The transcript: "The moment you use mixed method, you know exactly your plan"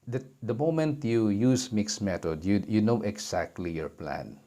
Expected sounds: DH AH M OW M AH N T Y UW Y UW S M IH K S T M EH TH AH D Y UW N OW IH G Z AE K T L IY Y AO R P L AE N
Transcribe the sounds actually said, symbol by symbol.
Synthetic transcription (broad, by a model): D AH M OW M AH N T Y UW Y UW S M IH K S M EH T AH D Y UW N OW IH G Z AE K T L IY Y AO R P L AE N